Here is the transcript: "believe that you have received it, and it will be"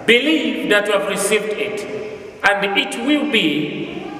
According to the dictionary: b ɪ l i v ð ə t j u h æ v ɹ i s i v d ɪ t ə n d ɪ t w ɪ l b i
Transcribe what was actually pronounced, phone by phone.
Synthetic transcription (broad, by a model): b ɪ l i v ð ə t j u h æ v ɹ i s i v d ɪ t ə n d ɪ t w ɪ l b i